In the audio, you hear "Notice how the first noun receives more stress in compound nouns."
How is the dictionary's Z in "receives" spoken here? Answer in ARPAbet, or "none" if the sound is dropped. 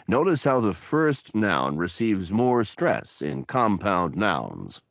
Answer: Z